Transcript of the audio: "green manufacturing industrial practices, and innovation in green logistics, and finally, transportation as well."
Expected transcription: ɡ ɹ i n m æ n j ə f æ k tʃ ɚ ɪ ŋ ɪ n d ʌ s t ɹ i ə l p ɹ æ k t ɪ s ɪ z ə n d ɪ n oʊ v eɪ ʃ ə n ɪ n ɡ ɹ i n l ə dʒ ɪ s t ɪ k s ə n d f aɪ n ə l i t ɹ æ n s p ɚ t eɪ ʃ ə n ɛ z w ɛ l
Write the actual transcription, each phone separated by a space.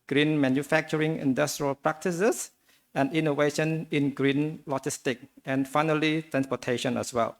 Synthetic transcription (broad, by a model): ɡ ɹ i n m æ n j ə f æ k tʃ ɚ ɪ ŋ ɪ n d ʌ s t ɹ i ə l p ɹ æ k t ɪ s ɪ s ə n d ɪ n oʊ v eɪ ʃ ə n ɪ n ɡ ɹ i n l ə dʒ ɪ s t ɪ k ə n f aɪ n ə l i t ɹ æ n s p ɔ t eɪ ʃ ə n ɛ s w ɛ l